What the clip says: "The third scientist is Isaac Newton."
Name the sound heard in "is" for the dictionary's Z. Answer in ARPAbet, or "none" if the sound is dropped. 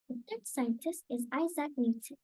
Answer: Z